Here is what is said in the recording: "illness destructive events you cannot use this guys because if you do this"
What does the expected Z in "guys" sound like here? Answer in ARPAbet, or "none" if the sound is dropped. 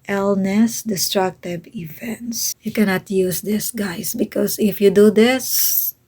S